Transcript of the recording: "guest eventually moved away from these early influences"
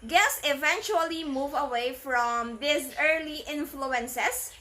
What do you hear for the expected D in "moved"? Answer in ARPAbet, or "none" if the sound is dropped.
none